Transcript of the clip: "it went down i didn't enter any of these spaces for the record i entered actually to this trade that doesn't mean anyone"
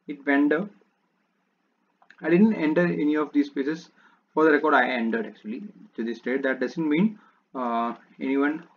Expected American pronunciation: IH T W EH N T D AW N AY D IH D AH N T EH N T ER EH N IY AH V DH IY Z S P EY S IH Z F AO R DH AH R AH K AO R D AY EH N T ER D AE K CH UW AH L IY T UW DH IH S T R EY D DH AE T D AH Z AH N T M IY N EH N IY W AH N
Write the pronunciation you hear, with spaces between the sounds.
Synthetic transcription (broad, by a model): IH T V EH N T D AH AY D IH D AH N T EH N T ER EH N IY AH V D IY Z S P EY S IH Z F AO R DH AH R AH K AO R D AY EH N T ER D AE K CH UW AH L IY T UW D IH S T EY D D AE T D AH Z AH N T M IY N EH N IY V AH N